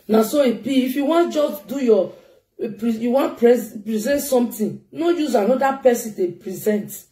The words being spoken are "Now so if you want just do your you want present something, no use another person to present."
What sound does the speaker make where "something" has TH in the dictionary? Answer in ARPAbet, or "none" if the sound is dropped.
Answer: T